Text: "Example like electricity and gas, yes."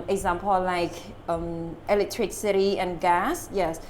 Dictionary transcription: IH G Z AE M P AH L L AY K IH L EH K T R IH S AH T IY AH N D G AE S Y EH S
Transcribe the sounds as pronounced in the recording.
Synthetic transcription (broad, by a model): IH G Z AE M P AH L L AY K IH L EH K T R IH S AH T IY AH N G AE S Y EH S